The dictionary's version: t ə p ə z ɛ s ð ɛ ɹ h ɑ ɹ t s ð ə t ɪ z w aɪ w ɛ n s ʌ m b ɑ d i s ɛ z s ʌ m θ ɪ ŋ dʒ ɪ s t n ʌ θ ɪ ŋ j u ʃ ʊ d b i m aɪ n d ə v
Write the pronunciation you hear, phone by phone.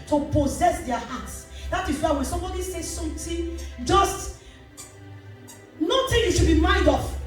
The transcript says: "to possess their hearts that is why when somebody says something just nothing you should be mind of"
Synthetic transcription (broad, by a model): t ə p ə z ɛ s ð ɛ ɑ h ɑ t s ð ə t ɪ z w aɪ w ɛ n s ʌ m b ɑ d i s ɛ s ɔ m t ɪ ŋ dʒ ɪ s t n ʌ t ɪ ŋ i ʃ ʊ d b i m aɪ n d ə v